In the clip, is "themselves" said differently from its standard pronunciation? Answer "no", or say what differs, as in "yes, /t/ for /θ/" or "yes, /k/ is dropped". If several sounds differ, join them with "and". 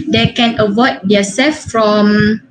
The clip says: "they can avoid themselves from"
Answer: yes, /m/ is dropped